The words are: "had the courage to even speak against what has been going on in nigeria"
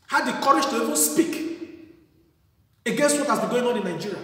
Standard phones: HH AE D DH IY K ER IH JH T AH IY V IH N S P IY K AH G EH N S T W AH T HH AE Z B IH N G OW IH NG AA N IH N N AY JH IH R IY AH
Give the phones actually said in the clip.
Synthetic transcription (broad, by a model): HH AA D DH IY K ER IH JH T AH IY V IH N S P IY K AH G EH N S T W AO T HH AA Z B IH N G OW IH NG AA N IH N N AY JH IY R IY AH